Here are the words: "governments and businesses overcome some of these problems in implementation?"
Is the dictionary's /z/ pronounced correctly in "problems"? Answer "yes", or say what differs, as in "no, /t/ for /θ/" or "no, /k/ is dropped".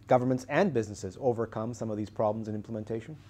yes